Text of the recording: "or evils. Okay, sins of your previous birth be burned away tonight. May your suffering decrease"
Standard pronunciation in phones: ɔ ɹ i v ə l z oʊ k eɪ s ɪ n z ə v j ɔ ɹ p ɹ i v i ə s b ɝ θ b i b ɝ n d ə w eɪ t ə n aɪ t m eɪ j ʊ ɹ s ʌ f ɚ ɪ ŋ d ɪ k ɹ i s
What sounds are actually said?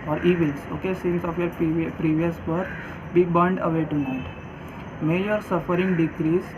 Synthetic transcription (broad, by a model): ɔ ɹ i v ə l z oʊ k eɪ s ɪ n s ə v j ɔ ɹ p ɹ i v i ə s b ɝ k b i b ɝ n d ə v eɪ t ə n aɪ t m eɪ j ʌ ɹ s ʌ f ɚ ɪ ŋ d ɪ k ɹ i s